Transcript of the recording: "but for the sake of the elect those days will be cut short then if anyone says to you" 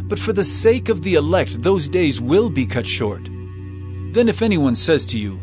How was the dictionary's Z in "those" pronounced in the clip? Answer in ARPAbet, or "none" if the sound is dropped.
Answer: Z